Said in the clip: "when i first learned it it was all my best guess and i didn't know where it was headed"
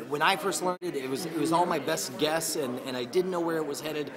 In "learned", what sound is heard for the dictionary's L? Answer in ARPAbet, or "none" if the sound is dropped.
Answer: L